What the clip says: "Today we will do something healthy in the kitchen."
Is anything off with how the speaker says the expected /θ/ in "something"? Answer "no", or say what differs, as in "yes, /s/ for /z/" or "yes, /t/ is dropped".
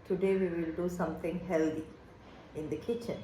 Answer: yes, /t/ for /θ/